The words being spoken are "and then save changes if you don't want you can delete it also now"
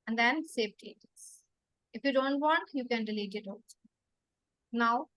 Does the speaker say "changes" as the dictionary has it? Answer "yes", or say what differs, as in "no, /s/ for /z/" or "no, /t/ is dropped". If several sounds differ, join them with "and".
no, /n/ is dropped